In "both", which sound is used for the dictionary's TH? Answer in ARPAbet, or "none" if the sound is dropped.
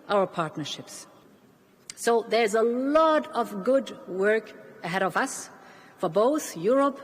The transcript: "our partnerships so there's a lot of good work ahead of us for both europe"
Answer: TH